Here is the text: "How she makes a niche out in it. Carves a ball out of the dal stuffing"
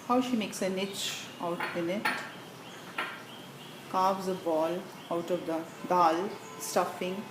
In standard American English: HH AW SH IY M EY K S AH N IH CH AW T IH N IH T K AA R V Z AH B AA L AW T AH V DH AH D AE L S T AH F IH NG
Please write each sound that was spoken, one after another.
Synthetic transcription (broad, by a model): HH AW SH IY M EY K S AH N IH CH AW T IH N IH T K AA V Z AH B AA L AW T AH V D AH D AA L S T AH F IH NG